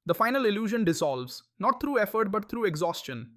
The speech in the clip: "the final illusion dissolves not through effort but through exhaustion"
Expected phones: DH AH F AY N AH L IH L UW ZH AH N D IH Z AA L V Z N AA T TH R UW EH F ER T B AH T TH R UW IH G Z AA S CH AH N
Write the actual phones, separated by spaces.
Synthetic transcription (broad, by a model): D AH F AY N AH L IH L UW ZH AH N D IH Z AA L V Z N AA T T R UW EH F ER T B AH T T R UW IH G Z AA S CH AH N